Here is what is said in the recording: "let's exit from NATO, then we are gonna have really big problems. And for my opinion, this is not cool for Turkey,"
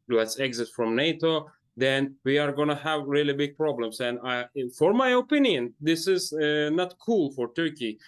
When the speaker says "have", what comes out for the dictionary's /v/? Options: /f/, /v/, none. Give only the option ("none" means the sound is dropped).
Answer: /v/